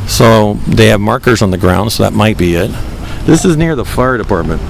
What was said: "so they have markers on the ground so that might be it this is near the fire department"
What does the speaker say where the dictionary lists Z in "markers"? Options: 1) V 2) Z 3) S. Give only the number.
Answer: 2